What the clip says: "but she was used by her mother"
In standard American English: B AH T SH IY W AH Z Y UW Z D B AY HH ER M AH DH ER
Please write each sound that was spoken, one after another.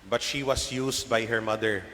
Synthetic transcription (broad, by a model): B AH T SH IY W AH S Y UW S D B AY HH ER M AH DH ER